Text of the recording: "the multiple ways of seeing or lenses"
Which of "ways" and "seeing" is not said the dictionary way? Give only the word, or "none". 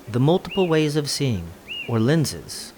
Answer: none